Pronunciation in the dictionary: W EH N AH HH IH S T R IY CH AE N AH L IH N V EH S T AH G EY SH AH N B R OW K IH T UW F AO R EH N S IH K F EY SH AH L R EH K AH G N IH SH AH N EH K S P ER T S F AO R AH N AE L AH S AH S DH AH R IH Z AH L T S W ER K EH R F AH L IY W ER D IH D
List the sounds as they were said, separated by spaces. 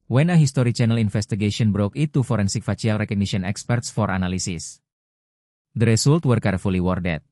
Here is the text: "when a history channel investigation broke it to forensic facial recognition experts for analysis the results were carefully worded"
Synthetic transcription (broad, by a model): W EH N AH HH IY S T R IY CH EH N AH L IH N F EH S T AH G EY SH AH N B R OW K IH T UW F AO R EH N S IH K F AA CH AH L R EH K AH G N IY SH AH N EH K S P ER T S F AO R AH N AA L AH S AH S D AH R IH S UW L T W ER K EH R F AH L IY W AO D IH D